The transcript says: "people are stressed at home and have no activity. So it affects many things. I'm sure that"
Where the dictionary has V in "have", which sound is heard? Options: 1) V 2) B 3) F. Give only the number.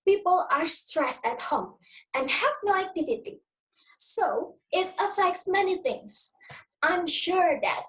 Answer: 1